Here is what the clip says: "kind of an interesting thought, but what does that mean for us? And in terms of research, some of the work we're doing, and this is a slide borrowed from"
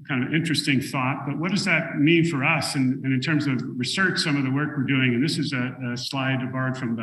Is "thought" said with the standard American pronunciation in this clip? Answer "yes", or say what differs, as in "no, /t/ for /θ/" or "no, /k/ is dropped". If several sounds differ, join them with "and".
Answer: yes